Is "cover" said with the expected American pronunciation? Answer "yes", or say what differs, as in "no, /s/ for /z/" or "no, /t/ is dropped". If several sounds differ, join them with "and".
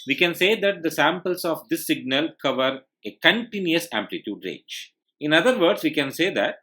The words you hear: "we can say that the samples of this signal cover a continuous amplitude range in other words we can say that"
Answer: yes